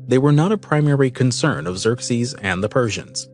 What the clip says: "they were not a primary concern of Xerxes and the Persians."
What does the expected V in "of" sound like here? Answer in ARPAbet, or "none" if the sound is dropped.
V